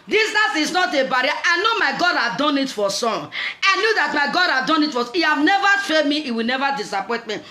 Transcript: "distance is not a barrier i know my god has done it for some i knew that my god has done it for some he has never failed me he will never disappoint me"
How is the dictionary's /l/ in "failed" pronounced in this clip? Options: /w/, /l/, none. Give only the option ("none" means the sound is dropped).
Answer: none